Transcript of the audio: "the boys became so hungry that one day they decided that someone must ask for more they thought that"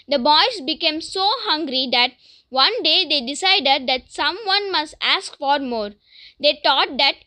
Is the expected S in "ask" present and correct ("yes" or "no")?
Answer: yes